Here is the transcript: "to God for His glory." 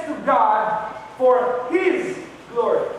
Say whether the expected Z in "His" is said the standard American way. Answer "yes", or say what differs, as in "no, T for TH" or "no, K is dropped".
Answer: yes